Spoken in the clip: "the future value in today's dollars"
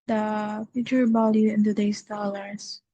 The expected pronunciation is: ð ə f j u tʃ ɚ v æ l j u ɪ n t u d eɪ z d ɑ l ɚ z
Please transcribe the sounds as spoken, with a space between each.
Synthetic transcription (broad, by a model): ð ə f j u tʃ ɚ b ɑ l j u ɪ n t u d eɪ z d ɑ l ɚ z